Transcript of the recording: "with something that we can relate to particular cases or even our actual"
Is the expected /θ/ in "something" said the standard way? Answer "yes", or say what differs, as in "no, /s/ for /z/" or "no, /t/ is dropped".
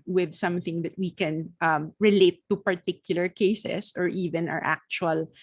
yes